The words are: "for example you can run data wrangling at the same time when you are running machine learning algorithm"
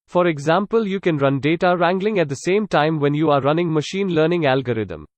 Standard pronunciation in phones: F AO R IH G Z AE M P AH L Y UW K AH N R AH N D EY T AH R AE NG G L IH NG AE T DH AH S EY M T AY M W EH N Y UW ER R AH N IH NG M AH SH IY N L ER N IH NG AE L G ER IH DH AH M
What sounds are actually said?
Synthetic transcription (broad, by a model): F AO R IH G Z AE M P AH L Y UW K AH N R AH N D EY T AH R AE NG G L IH NG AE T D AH S EY M T AY M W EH N Y UW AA R AH N IH NG M AH SH IY N L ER N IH NG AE L G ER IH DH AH M